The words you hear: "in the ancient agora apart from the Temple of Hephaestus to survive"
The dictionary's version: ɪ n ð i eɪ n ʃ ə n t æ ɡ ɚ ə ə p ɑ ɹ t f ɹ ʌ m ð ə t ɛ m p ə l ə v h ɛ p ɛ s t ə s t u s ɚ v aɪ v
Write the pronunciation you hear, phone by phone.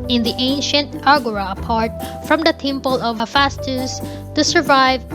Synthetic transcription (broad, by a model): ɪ n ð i eɪ n ʃ ə n t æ ɡ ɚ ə ə p ɑ ɹ t f ɹ ʌ m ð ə t ɛ m p ə l ə v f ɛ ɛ s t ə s t u s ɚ v aɪ v